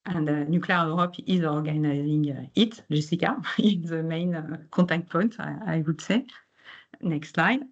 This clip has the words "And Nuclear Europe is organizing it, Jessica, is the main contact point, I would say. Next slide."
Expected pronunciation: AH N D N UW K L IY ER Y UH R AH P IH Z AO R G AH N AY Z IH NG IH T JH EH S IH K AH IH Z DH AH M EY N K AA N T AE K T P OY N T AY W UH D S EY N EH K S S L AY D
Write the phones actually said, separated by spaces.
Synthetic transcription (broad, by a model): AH N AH N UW K L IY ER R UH R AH P IH Z AO R G AH N AY Z IH NG IH T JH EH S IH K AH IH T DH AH M EY N K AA T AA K T P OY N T AY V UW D S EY N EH K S S L AY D